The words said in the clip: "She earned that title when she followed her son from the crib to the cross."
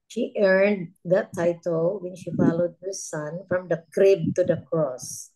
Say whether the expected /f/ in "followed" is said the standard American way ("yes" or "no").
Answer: yes